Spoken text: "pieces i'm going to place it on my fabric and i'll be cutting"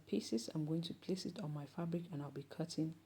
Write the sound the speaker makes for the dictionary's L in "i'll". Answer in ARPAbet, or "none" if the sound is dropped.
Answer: L